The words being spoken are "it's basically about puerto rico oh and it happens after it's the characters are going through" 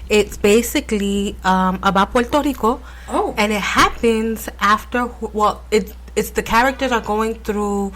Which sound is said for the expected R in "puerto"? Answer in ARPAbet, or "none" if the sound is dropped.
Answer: L